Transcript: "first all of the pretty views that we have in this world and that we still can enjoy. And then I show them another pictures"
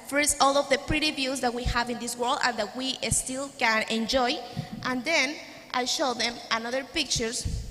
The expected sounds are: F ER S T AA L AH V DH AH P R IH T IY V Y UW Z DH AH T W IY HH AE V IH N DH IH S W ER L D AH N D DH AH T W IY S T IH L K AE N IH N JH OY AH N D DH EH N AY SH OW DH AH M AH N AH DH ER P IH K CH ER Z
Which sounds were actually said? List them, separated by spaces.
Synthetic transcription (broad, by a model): F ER S T AA L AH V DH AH P R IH T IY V Y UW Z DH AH T W IY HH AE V IH N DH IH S W ER L D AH N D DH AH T W IY S T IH L K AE N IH N JH OY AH N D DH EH N AY SH OW DH AH M AH N AH DH ER P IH K CH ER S